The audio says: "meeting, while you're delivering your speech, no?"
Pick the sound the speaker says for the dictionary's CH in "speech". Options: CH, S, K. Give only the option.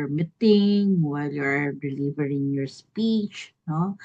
CH